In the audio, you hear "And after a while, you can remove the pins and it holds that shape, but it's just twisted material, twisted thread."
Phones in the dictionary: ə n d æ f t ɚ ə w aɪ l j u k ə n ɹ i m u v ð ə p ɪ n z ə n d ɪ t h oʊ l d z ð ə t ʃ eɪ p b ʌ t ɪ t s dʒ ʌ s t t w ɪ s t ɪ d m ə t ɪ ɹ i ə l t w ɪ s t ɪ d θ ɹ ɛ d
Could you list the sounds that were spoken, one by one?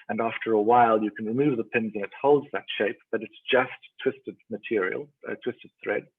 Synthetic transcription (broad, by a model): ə n æ f t ɚ ə w aɪ l j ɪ k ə n ɹ i m u v ð ə p ɪ n z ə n ɪ t h oʊ l d z ð ə t ʃ eɪ p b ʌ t ɪ t s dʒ ʌ s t t w ɪ s t ɪ d m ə t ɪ ɹ i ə l t w ɪ s t ɪ d θ ɹ ɛ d